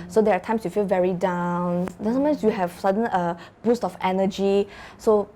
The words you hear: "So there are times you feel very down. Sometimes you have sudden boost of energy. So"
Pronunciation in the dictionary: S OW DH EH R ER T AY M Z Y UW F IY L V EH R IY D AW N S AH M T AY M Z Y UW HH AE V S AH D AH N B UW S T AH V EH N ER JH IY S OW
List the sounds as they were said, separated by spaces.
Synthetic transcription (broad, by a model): S OW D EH R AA T AY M S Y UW F IY L V EH R IY D AW N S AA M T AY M S Y UW HH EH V S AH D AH N B UW S T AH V EH N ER JH IY S OW